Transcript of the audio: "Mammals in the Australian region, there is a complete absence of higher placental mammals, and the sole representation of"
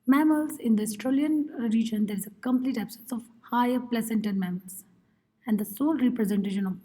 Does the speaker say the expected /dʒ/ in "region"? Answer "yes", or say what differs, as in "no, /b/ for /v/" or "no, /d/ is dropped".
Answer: yes